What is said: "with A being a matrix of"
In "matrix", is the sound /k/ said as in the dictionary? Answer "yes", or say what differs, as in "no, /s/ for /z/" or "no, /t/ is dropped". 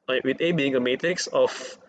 yes